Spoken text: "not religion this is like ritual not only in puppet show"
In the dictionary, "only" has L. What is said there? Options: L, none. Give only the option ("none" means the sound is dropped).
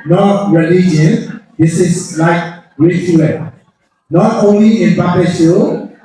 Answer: L